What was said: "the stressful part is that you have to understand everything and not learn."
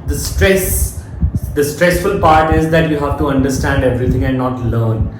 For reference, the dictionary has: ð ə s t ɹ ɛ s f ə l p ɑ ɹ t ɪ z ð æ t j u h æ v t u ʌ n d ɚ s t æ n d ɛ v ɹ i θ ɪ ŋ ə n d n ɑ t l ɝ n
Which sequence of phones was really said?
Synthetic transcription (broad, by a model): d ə s t ɹ ɛ s f ə l p ɑ ɹ t ɪ z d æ t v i h æ v t u ʌ n d ɚ s t æ n d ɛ v ɹ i t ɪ ŋ ə n d n ɑ t l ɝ n